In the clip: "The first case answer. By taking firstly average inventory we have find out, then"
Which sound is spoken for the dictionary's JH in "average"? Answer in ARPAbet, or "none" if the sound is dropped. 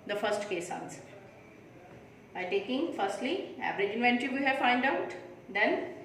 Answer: JH